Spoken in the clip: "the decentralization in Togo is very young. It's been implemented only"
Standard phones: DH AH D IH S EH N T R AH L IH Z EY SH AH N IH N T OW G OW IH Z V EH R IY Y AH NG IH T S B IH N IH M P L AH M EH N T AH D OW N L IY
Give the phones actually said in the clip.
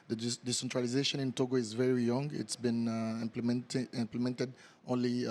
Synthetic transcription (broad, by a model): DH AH D IH S EH N T R AH L IH Z EY SH AH N IH N T OW G OW IH Z V EH R IY Y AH NG IH T S B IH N IH M P L AH M EH N T AH D OW N L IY